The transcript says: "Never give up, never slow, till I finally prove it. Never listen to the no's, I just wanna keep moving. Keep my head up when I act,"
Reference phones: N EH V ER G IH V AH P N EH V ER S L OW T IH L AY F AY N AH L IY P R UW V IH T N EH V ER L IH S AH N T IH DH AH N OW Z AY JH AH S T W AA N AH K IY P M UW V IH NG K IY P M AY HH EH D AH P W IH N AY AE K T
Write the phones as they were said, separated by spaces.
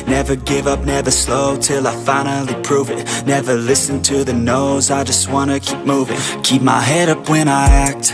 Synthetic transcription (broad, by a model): N EH V ER G IH V AH P N EH V ER S L OW T IH L AY F AY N L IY P R UW V IH T N EH V ER L IH S AH N T IH DH AH N OW Z AY JH AH S T W AA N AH K IY P M UW V IH NG K IY P M AY HH EH D AH P W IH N AY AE K T